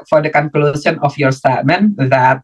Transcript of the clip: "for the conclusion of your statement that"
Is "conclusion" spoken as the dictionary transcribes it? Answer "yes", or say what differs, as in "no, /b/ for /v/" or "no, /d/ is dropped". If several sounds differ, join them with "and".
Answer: no, /s/ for /ʒ/